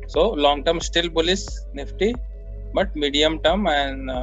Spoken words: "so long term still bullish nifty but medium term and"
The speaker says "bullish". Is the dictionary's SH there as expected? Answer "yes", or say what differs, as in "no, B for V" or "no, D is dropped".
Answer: no, S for SH